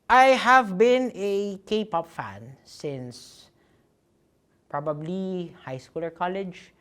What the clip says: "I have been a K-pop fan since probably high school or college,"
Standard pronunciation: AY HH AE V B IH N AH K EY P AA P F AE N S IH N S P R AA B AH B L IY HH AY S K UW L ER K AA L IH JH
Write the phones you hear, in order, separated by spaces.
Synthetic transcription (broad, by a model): AY HH AE V B IH N AH K EY P AA P F AE N S IH N S P R AA B AH B L IY HH AY S K UW L ER K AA L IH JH